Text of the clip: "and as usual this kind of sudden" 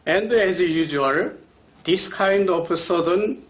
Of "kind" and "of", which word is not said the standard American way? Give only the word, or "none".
of